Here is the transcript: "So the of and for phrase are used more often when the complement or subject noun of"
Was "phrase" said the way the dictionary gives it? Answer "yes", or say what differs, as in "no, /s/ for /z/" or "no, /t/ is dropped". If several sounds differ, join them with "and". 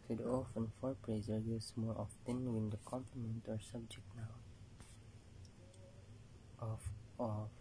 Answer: no, /p/ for /f/